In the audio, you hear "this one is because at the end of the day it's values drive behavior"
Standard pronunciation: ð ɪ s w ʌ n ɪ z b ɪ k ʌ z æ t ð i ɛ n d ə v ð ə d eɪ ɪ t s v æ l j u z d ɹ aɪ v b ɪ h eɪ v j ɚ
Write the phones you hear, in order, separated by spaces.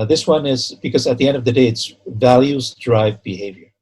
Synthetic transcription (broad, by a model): ð ɪ s w ʌ n ɪ z b ɪ k ʌ z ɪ t ð i ɛ n d ə v ð ə d eɪ ɪ t s v æ l j u z d ɹ aɪ v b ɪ h eɪ v j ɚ